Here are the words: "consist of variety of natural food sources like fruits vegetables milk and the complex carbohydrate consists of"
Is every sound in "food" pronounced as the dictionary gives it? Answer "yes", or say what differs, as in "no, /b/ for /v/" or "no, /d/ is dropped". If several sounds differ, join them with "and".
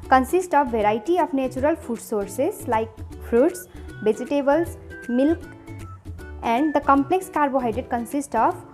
no, /p/ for /f/